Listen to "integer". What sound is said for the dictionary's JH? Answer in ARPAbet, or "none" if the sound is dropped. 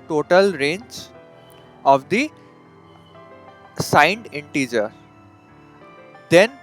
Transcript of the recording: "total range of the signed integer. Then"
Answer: JH